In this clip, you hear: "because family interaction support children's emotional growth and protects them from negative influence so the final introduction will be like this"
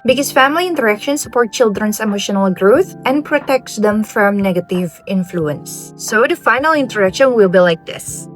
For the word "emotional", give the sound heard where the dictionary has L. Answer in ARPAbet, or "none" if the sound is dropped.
L